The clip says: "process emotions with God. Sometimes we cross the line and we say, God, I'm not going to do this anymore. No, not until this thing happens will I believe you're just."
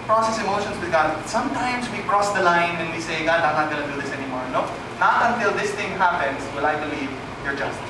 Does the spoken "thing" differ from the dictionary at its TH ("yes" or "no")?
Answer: yes